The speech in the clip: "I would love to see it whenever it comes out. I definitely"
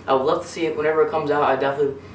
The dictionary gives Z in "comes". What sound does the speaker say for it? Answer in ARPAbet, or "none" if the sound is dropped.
Z